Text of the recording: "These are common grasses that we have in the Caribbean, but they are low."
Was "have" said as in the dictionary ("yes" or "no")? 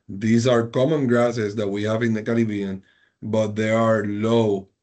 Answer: yes